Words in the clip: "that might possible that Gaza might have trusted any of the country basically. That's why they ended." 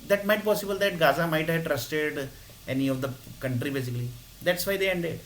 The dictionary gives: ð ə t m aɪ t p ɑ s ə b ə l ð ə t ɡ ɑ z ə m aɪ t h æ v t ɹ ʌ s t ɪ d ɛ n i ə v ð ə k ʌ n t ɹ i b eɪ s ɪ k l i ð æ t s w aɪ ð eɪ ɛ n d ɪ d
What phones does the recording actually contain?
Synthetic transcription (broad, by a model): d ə t m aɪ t p ɑ s ə b ə l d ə t ɡ ɑ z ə m aɪ t h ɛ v t ɹ ʌ s t ɪ d ɛ n i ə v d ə k ʌ n t ɹ i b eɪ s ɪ k l i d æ t s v aɪ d eɪ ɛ n d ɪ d